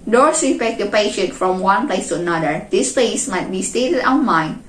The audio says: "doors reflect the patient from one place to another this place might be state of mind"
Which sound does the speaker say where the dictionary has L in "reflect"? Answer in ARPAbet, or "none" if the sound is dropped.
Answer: none